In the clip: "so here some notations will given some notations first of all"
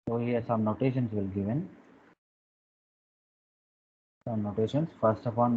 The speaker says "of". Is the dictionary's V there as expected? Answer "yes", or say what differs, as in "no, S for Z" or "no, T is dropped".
no, P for V